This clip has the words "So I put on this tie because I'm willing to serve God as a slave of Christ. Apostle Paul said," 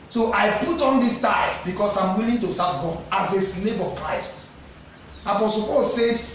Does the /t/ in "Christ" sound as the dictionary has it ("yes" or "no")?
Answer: yes